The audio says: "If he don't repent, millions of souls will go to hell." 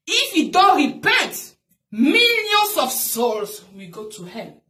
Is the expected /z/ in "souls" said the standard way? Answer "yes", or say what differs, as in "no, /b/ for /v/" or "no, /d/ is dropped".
no, /s/ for /z/